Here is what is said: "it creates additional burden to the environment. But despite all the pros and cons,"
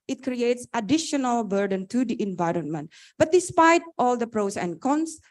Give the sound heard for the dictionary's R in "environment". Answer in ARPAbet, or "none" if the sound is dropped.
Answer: R